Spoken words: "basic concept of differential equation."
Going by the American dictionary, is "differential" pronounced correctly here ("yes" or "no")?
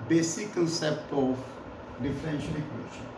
no